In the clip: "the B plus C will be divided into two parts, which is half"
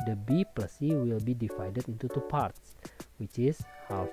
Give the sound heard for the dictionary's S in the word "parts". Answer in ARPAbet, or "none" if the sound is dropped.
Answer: S